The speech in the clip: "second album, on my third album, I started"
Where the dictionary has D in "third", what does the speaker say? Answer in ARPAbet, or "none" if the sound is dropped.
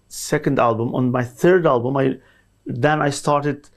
D